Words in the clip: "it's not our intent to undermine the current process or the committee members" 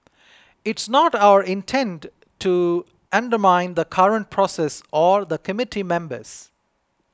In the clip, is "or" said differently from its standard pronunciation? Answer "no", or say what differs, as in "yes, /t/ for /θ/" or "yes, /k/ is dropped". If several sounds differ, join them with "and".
no